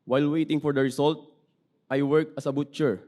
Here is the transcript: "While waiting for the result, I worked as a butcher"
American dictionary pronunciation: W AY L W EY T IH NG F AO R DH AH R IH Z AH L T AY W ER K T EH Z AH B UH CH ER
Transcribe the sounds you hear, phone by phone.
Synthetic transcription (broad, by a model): W AY L W EY T IH NG F AO R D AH R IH S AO L T AY W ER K AH S AH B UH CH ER